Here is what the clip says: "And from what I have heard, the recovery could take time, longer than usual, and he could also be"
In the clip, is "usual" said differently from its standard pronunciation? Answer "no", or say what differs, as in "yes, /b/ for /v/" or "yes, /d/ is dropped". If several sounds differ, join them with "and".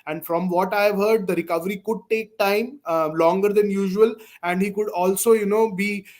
no